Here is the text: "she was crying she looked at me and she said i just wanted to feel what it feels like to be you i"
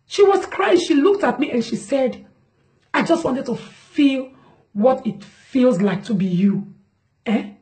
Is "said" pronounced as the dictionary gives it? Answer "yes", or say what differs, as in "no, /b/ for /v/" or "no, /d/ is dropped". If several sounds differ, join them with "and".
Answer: yes